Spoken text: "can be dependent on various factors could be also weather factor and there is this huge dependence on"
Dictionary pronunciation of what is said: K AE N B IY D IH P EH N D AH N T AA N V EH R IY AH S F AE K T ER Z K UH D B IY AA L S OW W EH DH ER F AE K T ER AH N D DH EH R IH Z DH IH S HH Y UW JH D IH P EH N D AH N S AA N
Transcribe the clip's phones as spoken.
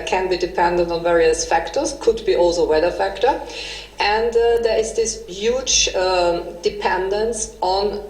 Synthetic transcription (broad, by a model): K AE N B IY D IH P EH N D AH N T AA N V EH R IY AH S F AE K T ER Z K UH D B IY AA L S OW W EH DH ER F AE K T ER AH N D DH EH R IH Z DH IH S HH Y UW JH D IH P EH N D AH N S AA N